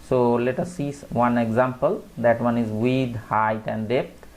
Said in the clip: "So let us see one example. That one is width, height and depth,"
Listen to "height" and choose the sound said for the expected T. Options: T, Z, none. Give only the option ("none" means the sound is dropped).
T